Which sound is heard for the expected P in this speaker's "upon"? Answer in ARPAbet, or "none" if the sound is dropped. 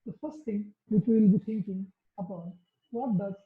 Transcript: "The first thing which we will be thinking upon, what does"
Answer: B